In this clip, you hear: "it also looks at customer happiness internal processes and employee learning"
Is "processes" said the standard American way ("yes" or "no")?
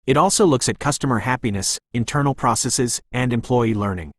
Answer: yes